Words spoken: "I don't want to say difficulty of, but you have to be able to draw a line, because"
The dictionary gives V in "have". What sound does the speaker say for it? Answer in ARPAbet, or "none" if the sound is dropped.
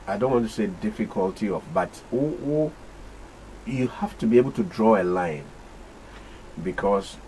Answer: F